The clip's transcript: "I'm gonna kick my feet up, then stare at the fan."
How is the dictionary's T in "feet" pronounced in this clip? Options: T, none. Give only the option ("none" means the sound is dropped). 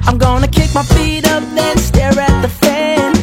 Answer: T